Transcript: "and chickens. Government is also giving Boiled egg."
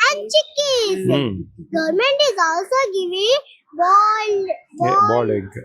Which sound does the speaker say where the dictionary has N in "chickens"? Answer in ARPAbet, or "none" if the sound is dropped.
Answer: none